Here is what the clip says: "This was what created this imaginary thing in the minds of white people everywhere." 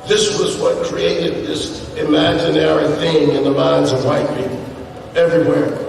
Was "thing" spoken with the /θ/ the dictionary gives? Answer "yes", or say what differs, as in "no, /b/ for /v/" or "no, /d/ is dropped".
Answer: yes